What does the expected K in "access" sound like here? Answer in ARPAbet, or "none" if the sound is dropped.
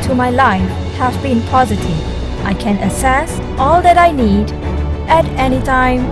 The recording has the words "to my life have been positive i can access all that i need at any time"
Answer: none